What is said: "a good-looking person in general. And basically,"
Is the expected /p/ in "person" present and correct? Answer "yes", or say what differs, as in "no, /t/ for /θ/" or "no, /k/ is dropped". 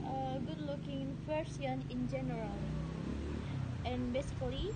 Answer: no, /f/ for /p/